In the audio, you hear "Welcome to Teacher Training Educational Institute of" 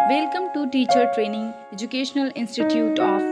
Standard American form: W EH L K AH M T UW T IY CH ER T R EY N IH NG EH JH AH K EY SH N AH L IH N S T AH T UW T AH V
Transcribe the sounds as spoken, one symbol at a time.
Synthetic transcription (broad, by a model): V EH L K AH M T UW T IY CH ER T R EY N IH NG EH JH AH K EY SH N AH L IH N S T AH T UW T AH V